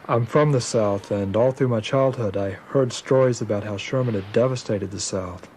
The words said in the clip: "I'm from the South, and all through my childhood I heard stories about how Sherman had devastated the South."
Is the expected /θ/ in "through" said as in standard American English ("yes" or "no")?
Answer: yes